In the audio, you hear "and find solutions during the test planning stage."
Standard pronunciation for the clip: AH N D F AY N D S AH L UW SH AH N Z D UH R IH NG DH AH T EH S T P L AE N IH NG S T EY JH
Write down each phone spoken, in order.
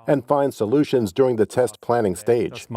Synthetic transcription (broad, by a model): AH N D F AY N D S AH L UW SH AH N Z D UH R IH NG DH AH T EH S T P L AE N IH NG S T EY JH